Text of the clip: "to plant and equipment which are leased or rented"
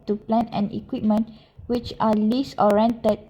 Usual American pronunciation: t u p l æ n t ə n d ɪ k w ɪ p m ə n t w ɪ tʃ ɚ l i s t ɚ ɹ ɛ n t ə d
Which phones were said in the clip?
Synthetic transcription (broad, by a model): t u p l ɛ n ə n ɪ k w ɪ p m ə n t w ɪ tʃ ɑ l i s ɔ ɹ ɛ n t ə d